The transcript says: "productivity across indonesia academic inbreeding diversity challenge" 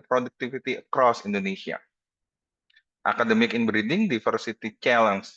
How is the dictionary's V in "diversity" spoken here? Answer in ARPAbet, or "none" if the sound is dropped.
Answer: F